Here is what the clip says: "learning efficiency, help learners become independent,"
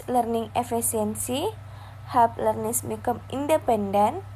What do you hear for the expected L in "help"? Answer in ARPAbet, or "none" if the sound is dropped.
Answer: none